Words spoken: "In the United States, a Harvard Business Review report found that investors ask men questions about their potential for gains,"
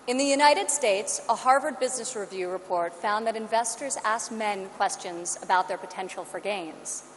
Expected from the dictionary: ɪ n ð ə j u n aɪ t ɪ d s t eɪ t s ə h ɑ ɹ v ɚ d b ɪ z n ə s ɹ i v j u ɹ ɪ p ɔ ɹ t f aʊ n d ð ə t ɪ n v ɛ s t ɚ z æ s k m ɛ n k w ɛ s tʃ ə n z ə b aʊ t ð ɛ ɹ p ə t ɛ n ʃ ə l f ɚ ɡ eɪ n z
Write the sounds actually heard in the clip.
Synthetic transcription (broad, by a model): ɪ n ð ə j u n aɪ t ɪ d s t eɪ t s ə h ɑ ɹ v ɚ d b ɪ z n ə s ɹ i v j u ɹ ɪ p ɔ ɹ t f aʊ n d ð ə t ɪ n v ɛ s t ɚ z æ s k m ɛ n k w ɛ s tʃ ə n z ə b aʊ t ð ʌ ɹ p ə t ɛ n ʃ l f ɚ ɡ eɪ n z